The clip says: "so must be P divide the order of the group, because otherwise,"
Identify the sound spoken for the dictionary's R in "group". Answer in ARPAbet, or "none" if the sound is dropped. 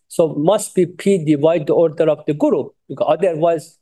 none